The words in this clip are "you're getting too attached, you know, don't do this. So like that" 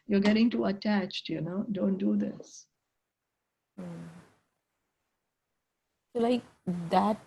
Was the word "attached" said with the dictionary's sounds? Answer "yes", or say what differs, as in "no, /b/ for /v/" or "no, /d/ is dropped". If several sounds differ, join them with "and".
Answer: yes